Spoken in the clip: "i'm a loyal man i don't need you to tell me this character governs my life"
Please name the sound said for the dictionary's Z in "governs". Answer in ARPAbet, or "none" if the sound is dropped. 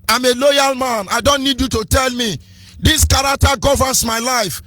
S